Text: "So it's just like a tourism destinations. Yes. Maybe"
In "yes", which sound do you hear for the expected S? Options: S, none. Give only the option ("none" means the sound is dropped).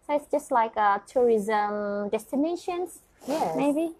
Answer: none